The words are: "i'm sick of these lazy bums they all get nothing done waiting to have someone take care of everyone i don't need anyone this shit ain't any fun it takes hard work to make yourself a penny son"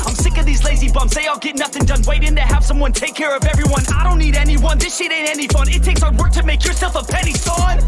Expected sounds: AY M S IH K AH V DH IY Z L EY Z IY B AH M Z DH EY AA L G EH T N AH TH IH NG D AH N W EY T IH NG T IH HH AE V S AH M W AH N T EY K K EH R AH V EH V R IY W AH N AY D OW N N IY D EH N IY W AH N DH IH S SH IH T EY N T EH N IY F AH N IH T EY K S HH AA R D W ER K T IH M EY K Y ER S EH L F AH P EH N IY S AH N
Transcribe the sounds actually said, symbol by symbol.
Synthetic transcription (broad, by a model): AY M S IH K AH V DH IY Z L EY Z IY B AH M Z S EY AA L G EH T N AH TH IH NG D AH N W EY T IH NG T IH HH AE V S AH M W AH N T EY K K EH R AH V EH V R IY W AH N AY D OW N N IY D EH N IY W AH N DH IH S SH IH T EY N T EH N IY F AH N IH T EY K S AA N W ER K T IH M EY K Y ER S EH L F AH P EH N IY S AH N